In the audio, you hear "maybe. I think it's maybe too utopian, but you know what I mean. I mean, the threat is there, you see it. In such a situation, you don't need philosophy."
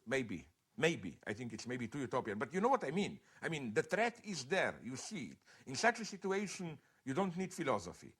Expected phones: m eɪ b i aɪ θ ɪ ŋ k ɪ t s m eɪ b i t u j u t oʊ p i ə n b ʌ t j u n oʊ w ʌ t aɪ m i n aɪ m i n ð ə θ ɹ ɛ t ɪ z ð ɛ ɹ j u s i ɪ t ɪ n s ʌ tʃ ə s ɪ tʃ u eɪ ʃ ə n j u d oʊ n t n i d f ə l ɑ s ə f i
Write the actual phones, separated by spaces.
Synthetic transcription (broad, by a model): m eɪ b i aɪ θ ɪ ŋ k ɪ t s m eɪ b i t u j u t oʊ p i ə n b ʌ t j u n oʊ w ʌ t aɪ m i n aɪ m i n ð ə t ɹ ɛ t ɪ z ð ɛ ɹ j u s i ɪ t ɪ n s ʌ tʃ ə s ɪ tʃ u eɪ ʃ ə n j u d oʊ n t n i d f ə l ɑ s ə f i